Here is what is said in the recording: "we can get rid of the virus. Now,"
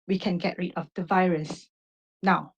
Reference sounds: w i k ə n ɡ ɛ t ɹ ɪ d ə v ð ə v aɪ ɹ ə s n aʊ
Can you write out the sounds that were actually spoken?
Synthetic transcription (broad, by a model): w i k ə n ɡ ɛ t ɹ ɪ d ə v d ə v aɪ ɹ ə s n aʊ